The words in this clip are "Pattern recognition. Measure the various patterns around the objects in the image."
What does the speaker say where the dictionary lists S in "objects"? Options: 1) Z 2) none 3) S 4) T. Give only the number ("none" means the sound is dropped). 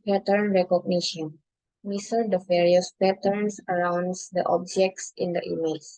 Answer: 3